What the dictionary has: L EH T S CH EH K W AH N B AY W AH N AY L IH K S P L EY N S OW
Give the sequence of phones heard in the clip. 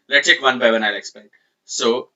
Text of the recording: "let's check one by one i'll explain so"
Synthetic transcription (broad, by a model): L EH T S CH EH K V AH N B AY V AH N AY L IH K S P EY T S OW